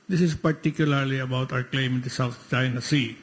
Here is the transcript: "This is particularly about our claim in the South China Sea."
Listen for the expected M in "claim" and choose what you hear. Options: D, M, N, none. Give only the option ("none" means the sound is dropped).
M